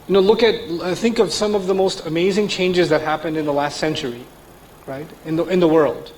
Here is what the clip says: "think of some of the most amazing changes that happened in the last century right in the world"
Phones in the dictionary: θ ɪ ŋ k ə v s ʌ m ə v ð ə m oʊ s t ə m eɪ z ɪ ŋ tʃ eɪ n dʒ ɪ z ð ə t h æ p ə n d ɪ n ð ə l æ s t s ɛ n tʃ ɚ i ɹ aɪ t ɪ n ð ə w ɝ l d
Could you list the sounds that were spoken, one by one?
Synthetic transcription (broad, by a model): θ ɪ ŋ k ə v s ʌ m ə v ð ə m oʊ s t ə m eɪ z ɪ ŋ tʃ eɪ n dʒ ɪ z ð ə t h æ p ə n d ɪ n ð ə l æ s t s ɛ n tʃ ɚ i ɹ aɪ t ɪ n ð ə w ɝ l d